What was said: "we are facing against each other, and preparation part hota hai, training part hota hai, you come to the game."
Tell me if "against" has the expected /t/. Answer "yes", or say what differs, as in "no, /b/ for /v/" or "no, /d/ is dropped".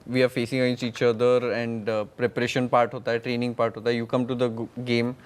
no, /t/ is dropped